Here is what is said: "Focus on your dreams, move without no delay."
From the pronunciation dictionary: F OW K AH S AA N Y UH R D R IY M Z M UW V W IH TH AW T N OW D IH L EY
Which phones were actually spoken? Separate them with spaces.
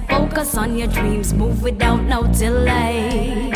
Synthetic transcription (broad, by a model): F OW K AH S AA N Y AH R D R IY M Z M UW V W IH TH AW T N OW D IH L EY